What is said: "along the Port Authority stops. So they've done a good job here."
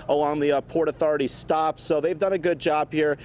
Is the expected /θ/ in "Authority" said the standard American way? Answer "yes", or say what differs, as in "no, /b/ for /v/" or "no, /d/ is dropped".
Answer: yes